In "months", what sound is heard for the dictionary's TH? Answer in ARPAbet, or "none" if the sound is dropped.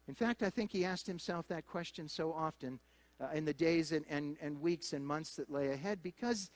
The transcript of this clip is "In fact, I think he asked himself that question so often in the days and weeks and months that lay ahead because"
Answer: TH